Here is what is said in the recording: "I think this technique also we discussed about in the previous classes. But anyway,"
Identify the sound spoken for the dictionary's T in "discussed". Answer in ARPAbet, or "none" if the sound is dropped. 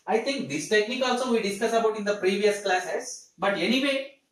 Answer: none